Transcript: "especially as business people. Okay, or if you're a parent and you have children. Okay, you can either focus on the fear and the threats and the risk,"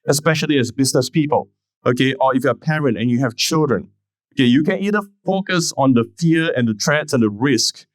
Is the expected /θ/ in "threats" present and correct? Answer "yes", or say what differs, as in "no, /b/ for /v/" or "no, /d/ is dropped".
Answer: no, /t/ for /θ/